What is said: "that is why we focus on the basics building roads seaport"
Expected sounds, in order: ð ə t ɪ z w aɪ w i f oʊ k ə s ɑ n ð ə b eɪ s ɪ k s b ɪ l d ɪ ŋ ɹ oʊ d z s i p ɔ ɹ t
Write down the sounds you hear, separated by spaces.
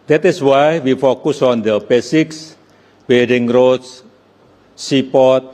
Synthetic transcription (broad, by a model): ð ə t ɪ s w aɪ w i f oʊ k ə s ɑ n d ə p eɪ s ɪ k s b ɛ d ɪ ŋ ɹ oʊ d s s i p ɔ t